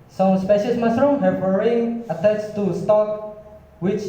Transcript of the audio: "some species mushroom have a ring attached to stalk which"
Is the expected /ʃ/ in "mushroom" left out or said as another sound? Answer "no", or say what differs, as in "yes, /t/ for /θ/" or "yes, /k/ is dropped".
yes, /s/ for /ʃ/